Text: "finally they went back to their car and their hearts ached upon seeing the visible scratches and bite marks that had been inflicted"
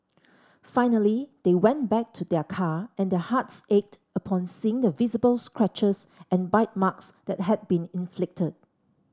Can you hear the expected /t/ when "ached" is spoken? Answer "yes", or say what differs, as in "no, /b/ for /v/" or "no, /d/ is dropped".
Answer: yes